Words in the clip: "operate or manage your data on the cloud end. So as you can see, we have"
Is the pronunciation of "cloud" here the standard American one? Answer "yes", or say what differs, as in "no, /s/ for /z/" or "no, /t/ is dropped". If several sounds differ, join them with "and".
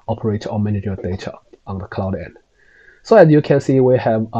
yes